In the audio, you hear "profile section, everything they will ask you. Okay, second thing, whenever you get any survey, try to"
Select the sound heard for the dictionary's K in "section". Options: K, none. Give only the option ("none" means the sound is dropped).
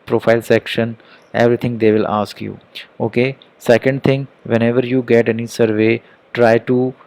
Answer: K